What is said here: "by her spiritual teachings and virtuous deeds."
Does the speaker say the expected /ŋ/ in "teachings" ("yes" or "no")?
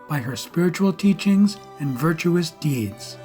yes